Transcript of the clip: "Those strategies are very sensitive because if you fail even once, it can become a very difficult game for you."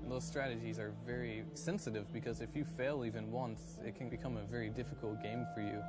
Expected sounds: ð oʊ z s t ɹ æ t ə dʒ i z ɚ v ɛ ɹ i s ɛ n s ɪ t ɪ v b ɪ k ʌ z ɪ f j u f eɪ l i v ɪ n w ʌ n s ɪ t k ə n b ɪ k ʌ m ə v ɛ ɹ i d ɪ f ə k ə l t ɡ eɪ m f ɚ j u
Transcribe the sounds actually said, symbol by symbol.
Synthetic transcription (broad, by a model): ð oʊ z s t ɹ æ t ə dʒ i z ɚ v ɛ ɹ i s ɛ n s ɪ t ɪ v b ɪ k ʌ z ɪ f j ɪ f eɪ l i v ɪ n w ʌ n s ɪ t k ə n b ɪ k ʌ m ə v ɛ ɹ i d ɪ f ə k l t ɡ eɪ m f ɚ j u